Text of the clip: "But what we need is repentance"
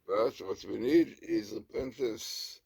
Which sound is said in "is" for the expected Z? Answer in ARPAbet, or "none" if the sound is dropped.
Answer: Z